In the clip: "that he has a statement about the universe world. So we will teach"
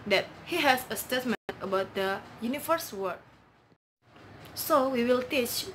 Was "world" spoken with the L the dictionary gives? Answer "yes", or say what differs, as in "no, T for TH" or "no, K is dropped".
no, L is dropped